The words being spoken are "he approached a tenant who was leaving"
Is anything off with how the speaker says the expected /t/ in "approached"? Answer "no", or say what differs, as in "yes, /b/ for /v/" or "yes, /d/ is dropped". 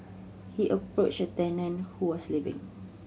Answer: yes, /t/ is dropped